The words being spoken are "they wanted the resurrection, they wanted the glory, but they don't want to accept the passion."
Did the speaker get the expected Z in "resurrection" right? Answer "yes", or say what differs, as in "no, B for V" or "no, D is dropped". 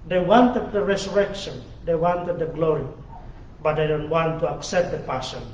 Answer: no, S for Z